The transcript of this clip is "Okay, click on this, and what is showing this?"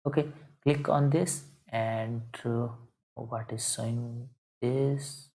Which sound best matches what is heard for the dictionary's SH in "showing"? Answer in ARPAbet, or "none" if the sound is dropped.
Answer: S